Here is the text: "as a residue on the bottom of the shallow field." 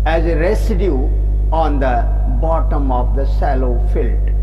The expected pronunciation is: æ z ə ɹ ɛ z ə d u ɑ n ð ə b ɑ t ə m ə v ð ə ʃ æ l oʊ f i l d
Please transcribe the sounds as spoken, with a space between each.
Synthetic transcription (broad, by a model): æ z ə ɹ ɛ s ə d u ɑ n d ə b ɑ t ə m ə v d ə s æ l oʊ f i l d